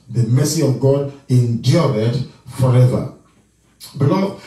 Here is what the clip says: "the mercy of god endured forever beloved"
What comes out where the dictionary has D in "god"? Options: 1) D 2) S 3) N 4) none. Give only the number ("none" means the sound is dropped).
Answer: 1